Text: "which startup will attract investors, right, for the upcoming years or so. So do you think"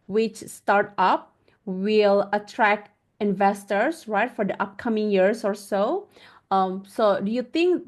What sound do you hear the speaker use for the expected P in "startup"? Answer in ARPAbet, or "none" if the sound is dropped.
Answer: P